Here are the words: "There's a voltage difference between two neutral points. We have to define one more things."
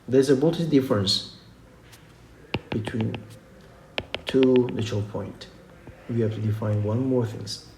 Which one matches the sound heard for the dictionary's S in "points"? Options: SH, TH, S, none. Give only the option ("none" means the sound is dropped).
none